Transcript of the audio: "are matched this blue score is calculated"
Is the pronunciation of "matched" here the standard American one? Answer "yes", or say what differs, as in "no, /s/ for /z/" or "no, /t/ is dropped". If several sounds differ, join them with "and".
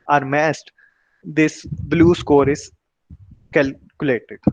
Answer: no, /s/ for /tʃ/